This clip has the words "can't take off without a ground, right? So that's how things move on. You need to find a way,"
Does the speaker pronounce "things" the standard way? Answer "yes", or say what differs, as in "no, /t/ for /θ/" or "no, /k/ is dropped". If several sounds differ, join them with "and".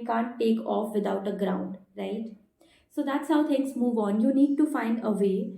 no, /t/ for /θ/